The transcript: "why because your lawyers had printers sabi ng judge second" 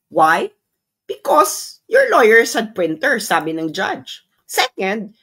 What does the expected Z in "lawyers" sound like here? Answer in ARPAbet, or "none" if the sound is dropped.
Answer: S